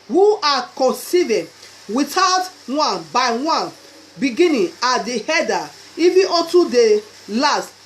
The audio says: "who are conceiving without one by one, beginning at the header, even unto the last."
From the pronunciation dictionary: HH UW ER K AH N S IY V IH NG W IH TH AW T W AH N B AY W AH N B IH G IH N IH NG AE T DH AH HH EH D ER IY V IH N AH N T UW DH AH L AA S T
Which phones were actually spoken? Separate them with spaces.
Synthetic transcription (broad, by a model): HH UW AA K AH N S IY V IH W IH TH AW T W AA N B AY W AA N B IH G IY N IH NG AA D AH HH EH D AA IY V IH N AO T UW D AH L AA S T